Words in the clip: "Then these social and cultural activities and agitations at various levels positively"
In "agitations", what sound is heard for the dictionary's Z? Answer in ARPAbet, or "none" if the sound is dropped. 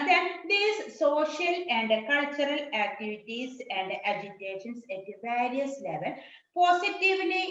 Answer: S